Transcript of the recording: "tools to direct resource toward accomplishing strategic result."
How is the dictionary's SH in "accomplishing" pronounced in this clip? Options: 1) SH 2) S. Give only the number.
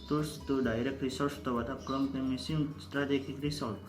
2